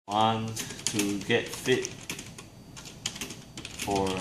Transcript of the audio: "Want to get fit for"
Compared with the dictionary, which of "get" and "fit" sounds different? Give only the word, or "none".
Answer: none